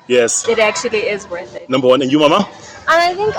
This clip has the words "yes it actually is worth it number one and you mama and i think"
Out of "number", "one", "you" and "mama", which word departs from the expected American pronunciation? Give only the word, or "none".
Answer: none